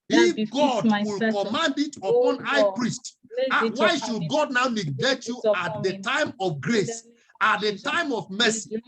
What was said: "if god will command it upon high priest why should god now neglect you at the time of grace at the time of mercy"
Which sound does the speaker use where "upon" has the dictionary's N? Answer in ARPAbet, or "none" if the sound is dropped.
N